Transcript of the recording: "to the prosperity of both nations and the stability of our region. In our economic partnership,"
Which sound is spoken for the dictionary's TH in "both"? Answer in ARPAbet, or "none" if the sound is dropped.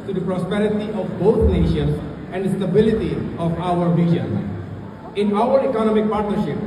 T